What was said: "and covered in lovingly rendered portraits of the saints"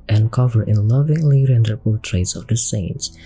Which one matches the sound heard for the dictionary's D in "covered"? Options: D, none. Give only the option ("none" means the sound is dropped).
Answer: none